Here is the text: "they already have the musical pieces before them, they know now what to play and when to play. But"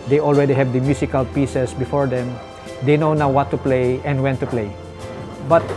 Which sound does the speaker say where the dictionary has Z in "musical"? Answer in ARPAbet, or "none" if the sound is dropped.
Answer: S